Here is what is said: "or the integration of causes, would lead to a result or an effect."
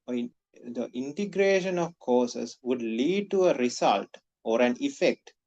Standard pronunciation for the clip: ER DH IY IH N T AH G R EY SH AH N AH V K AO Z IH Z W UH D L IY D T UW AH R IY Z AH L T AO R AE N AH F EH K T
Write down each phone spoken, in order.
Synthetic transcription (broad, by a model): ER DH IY N T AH G R EY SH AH N AH V K AO S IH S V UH D L IY D T UW AH R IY S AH L T AO R AE N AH F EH K T